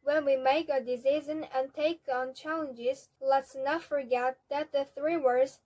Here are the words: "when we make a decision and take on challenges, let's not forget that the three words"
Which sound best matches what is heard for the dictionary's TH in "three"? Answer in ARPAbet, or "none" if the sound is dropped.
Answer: TH